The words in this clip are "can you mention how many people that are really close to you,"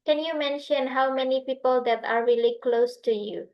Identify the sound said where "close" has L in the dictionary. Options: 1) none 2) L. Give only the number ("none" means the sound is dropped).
2